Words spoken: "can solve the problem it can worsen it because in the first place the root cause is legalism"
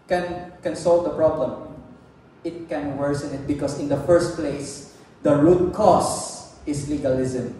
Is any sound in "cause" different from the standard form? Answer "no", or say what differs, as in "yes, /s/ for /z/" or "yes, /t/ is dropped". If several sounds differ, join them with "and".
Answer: yes, /s/ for /z/